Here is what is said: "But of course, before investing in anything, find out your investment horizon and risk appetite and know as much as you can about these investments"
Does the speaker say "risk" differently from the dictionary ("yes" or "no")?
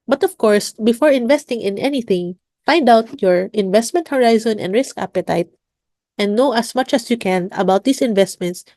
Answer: no